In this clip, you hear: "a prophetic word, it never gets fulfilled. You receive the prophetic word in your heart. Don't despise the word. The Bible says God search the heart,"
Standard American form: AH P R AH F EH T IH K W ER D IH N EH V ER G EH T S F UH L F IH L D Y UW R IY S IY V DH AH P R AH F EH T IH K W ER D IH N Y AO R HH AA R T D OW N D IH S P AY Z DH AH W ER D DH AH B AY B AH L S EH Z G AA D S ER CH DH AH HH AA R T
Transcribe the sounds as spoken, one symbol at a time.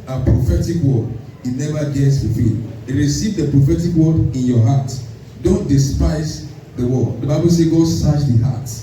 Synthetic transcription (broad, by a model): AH P R AH F EH T IH K W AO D IH N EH V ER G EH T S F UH F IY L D R IY S IY V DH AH P R AH F EH T IH K W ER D IH N Y AO HH AA T D OW N D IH S P AY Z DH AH W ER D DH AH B AY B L S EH G AA D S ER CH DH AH HH AA T